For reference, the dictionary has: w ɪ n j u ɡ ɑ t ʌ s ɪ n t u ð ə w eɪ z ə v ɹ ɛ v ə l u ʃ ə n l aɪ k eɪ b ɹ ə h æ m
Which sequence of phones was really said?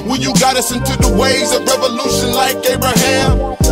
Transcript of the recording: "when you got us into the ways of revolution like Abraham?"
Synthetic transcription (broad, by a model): w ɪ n j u ɡ ɑ t ʌ s ɪ n t u ð ə w eɪ z ə v ɹ ɛ v ə l u ʃ ə n l aɪ k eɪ b ɹ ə h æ m